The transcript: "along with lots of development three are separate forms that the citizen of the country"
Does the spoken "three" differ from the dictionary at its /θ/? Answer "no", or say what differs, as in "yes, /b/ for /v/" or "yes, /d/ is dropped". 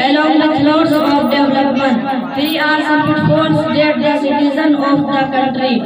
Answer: yes, /f/ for /θ/